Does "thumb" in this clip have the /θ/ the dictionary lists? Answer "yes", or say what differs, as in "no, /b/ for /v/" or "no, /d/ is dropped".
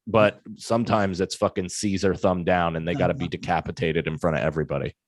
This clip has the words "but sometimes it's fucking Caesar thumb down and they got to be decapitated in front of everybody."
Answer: yes